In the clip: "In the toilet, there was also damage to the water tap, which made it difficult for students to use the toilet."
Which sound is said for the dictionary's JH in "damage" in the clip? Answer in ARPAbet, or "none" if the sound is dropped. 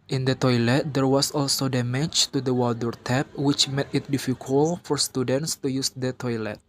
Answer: CH